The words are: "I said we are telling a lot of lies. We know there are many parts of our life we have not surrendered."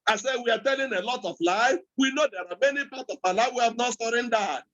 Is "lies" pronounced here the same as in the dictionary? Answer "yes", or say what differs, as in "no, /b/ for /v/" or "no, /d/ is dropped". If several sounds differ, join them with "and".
no, /z/ is dropped